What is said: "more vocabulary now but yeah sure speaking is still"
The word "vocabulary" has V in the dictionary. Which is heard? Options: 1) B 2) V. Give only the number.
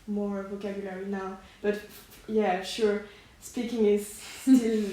2